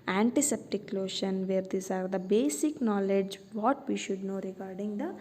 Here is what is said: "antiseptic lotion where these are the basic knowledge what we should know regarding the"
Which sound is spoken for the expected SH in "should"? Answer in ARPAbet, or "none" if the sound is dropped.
SH